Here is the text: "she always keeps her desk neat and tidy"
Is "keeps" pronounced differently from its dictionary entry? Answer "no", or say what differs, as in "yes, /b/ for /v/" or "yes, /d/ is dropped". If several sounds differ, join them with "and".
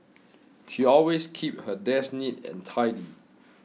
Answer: yes, /s/ is dropped